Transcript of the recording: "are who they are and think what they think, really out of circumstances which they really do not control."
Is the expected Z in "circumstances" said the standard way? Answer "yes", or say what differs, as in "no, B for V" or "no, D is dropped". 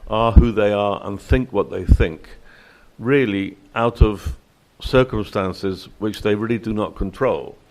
yes